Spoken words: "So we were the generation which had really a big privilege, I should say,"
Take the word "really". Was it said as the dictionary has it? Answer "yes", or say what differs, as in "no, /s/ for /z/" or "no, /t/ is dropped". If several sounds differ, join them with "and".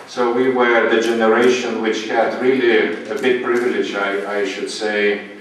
yes